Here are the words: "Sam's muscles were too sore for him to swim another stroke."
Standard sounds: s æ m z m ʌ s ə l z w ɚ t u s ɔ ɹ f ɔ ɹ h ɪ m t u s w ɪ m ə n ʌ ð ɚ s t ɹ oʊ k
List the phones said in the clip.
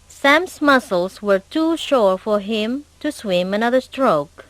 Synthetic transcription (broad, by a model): s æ m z m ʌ s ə l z w ɚ t u ʃ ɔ ɹ f ɔ ɹ h ɪ m t u s w ɪ m ə n ʌ ð ɚ s t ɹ oʊ k